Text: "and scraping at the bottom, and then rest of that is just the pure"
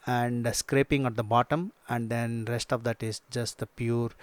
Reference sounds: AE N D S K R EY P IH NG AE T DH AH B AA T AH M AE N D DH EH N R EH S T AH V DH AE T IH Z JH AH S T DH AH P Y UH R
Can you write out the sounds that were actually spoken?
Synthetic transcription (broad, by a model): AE N D S K R EY P IH NG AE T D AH B AA T AH M AE N D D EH N R EH S T AH V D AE T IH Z JH AH S T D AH P Y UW R